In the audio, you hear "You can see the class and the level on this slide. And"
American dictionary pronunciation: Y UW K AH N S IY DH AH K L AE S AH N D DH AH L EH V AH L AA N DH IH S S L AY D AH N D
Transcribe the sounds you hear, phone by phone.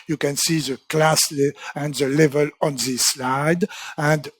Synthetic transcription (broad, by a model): Y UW K AH N S IY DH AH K L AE S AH N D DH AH L EH V AH L AA N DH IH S S L AY D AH N D